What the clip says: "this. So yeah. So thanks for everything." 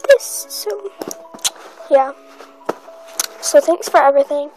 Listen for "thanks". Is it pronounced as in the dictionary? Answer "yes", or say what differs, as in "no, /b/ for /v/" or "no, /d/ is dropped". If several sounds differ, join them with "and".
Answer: yes